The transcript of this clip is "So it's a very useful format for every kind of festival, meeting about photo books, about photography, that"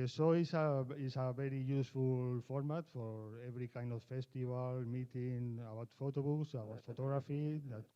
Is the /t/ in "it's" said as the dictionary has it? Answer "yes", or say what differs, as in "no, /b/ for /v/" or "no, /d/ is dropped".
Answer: no, /s/ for /t/